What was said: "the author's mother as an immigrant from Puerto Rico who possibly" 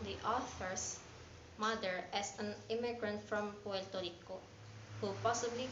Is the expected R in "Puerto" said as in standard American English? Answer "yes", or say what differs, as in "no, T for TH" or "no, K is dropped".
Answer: no, L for R